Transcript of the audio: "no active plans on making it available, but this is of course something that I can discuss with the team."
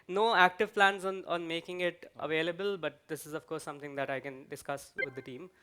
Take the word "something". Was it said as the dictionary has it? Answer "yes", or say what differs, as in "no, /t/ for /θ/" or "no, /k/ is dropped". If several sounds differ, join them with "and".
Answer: no, /t/ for /θ/